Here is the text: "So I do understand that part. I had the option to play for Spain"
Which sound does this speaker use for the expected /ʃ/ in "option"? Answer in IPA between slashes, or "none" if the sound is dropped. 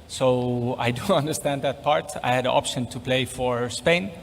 /ʃ/